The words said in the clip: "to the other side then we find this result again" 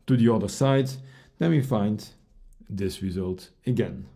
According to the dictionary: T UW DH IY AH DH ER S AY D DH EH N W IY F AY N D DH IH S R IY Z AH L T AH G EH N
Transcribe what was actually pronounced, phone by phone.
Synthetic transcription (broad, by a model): T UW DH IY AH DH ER S AY D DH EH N W IY F AY N D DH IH S R IY Z AH L T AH G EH N